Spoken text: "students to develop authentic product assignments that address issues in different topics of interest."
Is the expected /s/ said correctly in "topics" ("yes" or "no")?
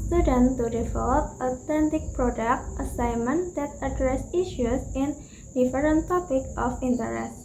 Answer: no